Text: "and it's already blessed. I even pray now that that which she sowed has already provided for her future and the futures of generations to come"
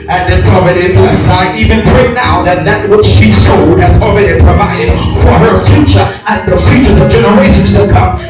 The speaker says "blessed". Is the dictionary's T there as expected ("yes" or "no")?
no